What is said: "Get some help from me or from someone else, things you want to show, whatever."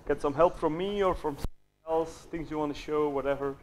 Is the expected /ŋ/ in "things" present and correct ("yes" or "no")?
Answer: yes